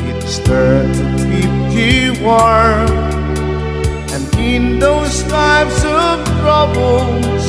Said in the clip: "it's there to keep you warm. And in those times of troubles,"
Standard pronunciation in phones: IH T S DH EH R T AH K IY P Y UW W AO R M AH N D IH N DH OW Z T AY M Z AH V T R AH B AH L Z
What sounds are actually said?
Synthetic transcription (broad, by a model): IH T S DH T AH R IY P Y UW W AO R AH N IH N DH OW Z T AY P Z AH V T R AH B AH L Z